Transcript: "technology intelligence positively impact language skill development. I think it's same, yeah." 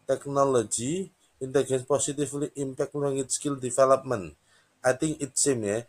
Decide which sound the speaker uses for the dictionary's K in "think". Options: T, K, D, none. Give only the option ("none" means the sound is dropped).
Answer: none